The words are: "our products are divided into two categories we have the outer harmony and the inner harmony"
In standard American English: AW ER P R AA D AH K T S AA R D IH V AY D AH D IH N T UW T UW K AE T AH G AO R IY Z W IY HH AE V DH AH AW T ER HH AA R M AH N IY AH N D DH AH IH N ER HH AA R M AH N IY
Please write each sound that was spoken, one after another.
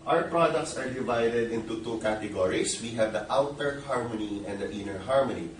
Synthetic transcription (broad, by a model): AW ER P R AA D AH K T S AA R D IH V AY D AH D IH N T UW T UW K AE T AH G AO R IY S W IY HH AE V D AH AW T ER HH AA R M AH N IY AH N D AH IH N ER HH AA R M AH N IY